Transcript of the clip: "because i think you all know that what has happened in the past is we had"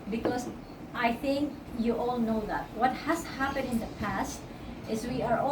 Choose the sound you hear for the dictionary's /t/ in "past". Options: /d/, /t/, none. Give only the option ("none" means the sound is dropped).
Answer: /t/